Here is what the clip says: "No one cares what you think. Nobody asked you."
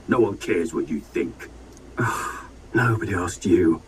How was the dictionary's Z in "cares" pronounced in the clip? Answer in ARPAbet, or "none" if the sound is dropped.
Z